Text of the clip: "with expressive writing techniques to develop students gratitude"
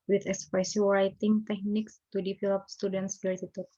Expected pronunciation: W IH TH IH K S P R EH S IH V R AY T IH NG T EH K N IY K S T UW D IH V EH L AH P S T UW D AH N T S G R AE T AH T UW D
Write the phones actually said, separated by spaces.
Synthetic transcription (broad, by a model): W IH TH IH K S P EH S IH R AY T IH NG T EH K N IY K S T UW D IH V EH L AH P S T UW D AH N T S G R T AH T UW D